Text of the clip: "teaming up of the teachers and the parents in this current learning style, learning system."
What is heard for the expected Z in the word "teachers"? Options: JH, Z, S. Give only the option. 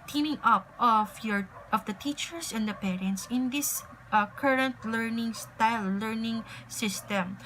S